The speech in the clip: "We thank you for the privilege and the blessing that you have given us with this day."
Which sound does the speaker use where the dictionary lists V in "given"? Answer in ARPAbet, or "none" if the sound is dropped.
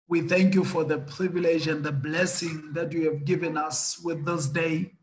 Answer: V